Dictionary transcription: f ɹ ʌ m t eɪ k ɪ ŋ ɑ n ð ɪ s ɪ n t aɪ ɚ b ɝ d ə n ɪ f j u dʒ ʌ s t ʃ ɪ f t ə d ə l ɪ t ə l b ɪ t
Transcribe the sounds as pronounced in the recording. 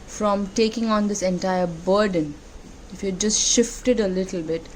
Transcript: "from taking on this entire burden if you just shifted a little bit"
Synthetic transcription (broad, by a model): f ɹ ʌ m t eɪ k ɪ ŋ ɑ n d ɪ s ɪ n t aɪ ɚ b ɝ d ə n ɪ f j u dʒ ʌ s t ʃ ɪ f t ə d ə l ɪ t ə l b ɪ t